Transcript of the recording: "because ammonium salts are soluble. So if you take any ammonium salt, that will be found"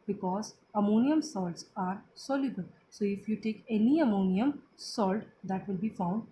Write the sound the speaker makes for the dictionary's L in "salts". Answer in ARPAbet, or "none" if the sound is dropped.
L